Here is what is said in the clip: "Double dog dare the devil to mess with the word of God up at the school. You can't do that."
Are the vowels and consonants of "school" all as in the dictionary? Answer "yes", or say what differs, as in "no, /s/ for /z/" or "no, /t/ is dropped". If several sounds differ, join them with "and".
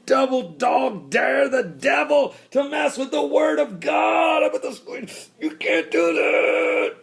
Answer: no, /n/ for /l/